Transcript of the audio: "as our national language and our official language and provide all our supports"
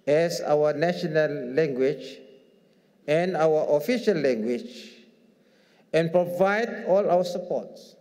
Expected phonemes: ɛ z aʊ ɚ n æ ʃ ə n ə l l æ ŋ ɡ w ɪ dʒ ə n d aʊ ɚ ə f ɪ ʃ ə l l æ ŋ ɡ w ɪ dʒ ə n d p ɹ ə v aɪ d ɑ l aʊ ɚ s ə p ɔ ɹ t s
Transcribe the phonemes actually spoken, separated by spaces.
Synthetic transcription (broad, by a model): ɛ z aʊ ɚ n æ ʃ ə n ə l l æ ŋ ɡ w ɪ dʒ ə n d aʊ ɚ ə f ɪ ʃ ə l l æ ŋ ɡ w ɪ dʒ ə n p ɹ ə v aɪ d ɑ l aʊ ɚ s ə p ɔ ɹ t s